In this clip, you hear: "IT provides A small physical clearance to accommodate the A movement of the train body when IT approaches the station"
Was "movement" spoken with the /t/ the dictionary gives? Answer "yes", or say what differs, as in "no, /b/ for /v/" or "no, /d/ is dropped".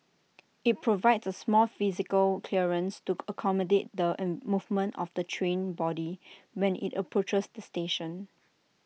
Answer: yes